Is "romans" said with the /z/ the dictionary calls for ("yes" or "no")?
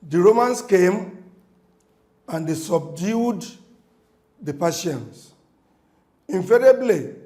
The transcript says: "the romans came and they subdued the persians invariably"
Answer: no